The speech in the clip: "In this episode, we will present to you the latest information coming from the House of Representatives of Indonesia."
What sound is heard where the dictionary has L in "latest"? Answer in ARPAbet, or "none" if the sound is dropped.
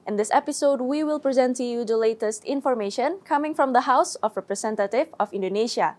L